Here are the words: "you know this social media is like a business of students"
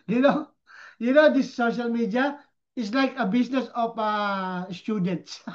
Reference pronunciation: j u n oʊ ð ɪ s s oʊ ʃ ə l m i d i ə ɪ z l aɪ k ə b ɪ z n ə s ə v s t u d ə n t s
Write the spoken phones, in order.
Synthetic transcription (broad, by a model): j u n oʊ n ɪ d s oʊ ʃ ə l m i d i ə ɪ s l aɪ k ə b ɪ s n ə s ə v s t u d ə n t s